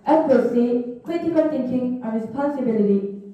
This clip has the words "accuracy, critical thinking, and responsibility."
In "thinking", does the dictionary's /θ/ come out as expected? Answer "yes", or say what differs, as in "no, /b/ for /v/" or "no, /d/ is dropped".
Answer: no, /t/ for /θ/